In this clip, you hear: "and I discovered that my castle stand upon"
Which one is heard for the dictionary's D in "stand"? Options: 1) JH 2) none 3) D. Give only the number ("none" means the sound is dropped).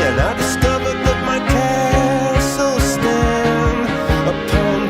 2